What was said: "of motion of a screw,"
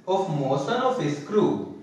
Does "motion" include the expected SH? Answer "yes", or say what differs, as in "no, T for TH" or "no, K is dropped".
no, S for SH